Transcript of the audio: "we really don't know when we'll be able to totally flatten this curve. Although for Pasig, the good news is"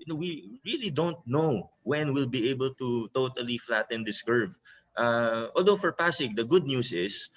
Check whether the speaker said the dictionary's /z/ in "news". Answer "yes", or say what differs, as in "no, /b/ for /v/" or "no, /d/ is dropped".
no, /s/ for /z/